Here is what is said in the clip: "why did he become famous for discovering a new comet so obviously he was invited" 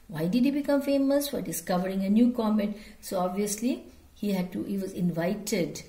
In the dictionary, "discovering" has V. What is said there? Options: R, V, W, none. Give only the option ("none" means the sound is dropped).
V